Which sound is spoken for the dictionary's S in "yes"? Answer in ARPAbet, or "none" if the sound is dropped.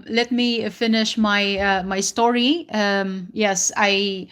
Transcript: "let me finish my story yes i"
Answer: S